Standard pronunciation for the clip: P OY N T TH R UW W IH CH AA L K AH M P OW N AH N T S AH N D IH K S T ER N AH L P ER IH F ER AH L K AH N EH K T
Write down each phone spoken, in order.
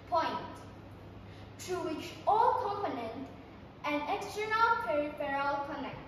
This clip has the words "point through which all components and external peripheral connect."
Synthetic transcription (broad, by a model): P OY N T T R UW W IH CH AA L K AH M P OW N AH N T AH N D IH K S T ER N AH L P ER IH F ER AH L K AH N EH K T